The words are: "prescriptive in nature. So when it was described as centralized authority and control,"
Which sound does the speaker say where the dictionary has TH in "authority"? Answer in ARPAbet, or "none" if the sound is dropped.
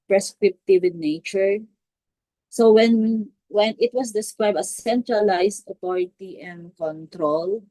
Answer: T